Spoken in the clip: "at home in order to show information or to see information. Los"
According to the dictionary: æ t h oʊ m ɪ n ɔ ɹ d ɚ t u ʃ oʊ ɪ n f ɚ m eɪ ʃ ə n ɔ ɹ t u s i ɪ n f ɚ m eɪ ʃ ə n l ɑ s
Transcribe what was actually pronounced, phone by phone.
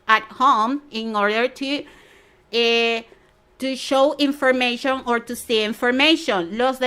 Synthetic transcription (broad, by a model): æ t h oʊ m ɪ n ɔ ɹ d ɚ t u ʃ oʊ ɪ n f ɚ m eɪ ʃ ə n ɔ ɹ t u s i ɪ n f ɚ m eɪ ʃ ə n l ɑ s